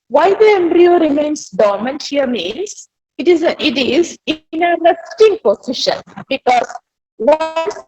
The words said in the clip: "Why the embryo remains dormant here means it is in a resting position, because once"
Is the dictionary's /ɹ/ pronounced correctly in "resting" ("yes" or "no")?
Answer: no